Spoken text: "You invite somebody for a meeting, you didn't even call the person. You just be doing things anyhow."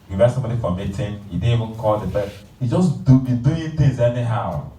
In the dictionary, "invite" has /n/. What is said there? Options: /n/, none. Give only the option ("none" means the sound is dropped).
none